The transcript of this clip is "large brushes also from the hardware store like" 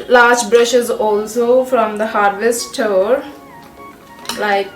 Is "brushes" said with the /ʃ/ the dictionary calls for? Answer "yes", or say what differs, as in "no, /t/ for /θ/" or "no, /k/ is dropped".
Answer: yes